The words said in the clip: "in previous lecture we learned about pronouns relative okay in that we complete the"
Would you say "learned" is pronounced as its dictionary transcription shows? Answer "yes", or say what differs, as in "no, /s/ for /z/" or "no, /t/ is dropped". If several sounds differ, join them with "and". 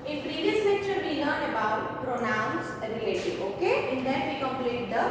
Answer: no, /d/ is dropped